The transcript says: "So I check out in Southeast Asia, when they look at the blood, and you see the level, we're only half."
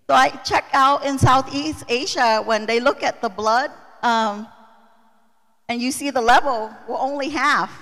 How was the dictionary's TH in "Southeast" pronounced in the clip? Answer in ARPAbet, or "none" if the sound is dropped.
TH